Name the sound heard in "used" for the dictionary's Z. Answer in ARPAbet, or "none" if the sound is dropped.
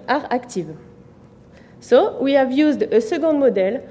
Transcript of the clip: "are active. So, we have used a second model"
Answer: Z